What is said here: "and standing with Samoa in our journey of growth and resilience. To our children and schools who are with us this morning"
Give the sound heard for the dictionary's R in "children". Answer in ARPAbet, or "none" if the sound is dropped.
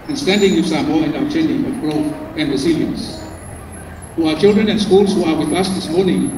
R